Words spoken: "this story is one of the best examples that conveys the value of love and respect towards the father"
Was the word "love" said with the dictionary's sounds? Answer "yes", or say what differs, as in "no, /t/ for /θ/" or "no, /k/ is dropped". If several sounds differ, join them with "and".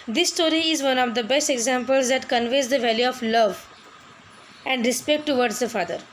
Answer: yes